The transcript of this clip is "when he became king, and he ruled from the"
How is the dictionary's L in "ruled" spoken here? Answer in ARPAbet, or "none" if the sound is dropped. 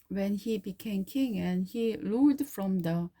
none